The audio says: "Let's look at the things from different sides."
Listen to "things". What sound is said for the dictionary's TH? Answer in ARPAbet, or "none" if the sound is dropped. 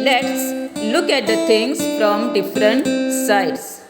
T